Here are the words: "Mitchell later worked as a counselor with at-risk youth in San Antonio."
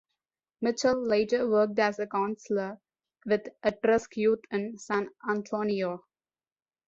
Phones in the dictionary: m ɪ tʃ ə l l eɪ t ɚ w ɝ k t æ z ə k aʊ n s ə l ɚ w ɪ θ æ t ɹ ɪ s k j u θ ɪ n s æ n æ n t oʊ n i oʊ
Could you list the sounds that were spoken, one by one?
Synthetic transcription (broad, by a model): m ɪ tʃ ə l l eɪ t ɚ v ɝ k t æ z ə k aʊ n s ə l ɚ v ɪ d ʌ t ɹ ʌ s k j u t ɪ n s æ n æ n t oʊ n i oʊ